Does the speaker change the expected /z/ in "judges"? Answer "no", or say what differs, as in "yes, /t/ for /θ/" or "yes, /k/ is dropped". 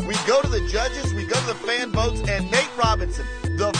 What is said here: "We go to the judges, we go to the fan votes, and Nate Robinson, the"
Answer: no